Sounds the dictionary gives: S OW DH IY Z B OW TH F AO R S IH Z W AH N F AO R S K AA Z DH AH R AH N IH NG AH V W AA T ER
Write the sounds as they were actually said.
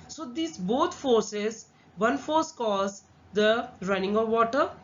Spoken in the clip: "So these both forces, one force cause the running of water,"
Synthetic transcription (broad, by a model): S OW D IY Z B OW T F AO R S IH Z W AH N F AO R S K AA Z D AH R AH N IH NG AH V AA T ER